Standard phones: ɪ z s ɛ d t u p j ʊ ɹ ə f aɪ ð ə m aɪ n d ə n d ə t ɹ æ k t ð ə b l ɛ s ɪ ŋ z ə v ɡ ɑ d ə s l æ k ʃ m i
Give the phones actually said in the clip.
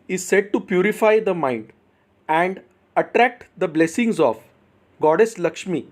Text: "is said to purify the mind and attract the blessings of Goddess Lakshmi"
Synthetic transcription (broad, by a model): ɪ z s ɛ d t u p j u ɹ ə f aɪ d ə m aɪ n d ə n d ə t ɹ æ k t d ə b l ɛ s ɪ ŋ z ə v ɡ ɑ d ə s l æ k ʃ m i